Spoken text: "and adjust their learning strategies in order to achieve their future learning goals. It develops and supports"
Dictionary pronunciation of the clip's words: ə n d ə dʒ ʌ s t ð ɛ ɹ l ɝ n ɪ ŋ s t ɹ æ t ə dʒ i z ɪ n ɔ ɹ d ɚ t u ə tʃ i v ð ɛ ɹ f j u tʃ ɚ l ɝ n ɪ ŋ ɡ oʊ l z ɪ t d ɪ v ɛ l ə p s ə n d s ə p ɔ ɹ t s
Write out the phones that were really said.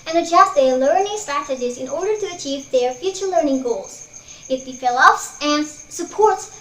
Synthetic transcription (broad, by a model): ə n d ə dʒ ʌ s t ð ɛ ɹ l ɝ n ɪ ŋ s t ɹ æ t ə dʒ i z ɪ n ɔ ɹ d ɚ t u ə tʃ i v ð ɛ ɹ f j u tʃ ɚ l ɝ n ɪ ŋ ɡ oʊ l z ɪ t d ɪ f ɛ l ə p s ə n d s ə p ɔ ɹ t s